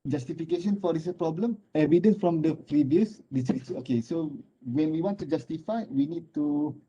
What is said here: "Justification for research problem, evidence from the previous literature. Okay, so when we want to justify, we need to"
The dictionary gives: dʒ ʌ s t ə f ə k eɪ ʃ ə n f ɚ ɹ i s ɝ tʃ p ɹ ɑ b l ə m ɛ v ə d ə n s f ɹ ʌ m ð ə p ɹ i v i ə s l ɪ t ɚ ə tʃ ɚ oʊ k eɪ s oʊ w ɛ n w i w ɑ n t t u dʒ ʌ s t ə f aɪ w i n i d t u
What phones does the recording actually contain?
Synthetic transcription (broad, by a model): dʒ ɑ s t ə f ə k eɪ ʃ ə n f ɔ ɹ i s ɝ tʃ p ɹ ɑ b l ə m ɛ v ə d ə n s f ɹ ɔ m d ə p ɹ i v i ə s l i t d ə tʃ oʊ k eɪ s oʊ w ɛ n w i w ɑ n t t u dʒ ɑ s t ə f aɪ w i n i d t u